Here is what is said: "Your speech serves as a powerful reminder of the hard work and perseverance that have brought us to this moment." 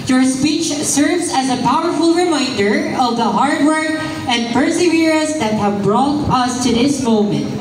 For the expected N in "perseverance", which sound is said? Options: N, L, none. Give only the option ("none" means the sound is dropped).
none